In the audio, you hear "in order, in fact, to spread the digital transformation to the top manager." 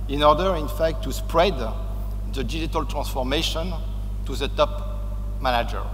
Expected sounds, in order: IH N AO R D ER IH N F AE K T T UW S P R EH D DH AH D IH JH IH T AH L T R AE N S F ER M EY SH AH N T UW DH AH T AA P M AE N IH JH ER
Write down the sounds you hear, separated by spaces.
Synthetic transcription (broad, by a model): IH N AO R D ER IH N F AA K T T UW S P R EH D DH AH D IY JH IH T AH L T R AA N S F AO M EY SH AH N T UW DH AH T AA P M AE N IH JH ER